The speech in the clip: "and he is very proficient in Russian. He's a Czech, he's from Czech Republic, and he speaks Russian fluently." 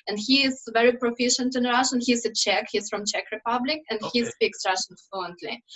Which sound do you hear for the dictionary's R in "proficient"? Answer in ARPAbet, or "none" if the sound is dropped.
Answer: R